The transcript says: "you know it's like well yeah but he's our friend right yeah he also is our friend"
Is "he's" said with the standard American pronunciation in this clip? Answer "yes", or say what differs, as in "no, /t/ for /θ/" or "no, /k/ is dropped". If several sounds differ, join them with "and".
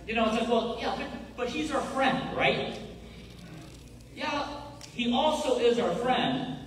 yes